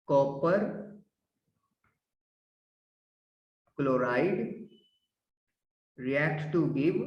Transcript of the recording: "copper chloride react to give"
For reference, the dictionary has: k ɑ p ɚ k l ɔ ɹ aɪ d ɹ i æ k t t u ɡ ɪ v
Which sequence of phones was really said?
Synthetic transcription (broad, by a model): k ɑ p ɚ k l ɔ ɹ aɪ d ɹ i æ k t t u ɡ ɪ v